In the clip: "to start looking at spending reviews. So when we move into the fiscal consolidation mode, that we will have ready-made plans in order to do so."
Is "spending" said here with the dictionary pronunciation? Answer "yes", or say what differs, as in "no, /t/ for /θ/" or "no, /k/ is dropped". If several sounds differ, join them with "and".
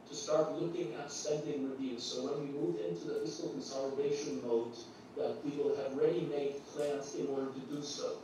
no, /p/ is dropped